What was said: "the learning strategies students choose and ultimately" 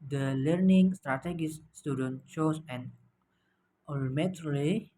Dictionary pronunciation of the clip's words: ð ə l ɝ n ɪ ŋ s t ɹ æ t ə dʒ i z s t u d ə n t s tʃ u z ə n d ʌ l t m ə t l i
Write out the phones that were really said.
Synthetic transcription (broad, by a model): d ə l ɝ n ɪ ŋ s t ɹ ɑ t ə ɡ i s t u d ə n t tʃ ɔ s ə n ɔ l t m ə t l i